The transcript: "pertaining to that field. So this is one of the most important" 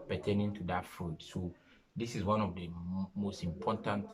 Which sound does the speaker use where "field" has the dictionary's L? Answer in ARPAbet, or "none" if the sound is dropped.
none